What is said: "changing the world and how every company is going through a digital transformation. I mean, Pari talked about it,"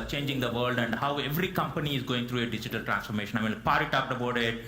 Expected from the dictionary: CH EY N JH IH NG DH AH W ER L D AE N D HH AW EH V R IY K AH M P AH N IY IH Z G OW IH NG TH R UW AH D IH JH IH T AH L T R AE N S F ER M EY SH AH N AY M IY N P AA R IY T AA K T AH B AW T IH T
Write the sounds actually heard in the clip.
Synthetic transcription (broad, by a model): CH EY N JH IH NG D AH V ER L D AE N D HH AW EH V R IY K AH M P AH N IY IH Z G OW IH NG T R UW AH D IH JH IH T AH L T R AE N S F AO M EY SH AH N AY M IY N P AA R IY T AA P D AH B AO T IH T